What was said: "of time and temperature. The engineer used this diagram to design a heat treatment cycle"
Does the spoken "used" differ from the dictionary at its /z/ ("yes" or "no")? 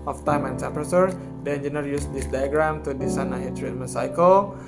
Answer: yes